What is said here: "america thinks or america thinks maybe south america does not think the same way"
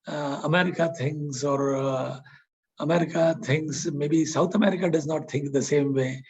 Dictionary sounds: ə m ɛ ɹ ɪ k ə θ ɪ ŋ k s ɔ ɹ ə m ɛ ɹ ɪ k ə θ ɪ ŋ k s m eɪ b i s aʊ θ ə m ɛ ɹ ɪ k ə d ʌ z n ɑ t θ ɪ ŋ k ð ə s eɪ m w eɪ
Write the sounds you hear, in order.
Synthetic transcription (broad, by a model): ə m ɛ ɹ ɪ k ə t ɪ ŋ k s ɔ ɹ ə m ɛ ɹ ɪ k ə t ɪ ŋ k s m eɪ b i s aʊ t ə m ɛ ɹ ɪ k ə d ʌ z n ɑ t t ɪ ŋ k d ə s eɪ m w eɪ